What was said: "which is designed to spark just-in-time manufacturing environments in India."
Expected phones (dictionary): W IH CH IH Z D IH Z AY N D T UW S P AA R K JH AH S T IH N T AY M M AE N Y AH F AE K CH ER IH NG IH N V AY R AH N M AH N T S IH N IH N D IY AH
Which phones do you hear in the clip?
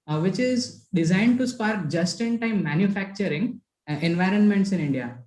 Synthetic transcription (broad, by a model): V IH CH IH Z D IH Z AY N D T UW S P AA R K JH AH S T IH N T AY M M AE N Y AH F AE K CH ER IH NG IH N V AY R AH N M AH N T S IH N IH N D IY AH